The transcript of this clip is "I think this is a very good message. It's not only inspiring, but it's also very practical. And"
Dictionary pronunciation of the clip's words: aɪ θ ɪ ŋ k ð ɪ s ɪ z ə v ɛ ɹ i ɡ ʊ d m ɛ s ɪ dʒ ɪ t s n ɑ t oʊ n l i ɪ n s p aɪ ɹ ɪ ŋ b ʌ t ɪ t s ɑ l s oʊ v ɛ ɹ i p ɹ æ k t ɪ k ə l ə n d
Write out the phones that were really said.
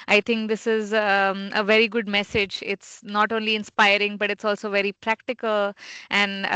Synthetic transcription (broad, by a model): aɪ t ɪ ŋ k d ɪ s ɪ z ə v ɛ ɹ i ɡ ʊ d m ɛ s ɪ dʒ ɪ t s n ɑ t oʊ n l i ɪ n s p aɪ ɹ ɪ ŋ b ʌ t ɪ t s ɑ l s oʊ v ɛ ɹ i p ɹ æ k t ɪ k ə l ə n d